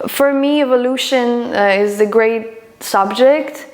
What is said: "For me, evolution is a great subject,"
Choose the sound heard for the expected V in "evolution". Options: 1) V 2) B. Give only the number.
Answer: 1